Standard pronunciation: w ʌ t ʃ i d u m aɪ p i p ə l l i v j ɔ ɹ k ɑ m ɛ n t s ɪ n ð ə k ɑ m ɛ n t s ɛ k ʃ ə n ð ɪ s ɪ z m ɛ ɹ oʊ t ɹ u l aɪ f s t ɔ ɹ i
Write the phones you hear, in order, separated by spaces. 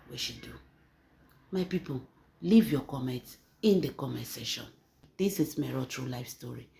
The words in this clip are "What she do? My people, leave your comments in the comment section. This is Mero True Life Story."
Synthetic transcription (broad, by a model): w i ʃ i d u m aɪ p i p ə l l i v j ɔ k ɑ m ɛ n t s ɪ n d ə k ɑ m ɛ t s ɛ ʃ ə n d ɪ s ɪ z m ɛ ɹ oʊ t ɹ u l aɪ f s t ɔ ɹ i